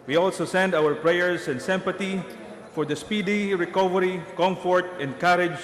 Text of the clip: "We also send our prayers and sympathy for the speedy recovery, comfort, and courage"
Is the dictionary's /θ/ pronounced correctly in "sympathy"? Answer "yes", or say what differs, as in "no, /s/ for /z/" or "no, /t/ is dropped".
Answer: no, /t/ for /θ/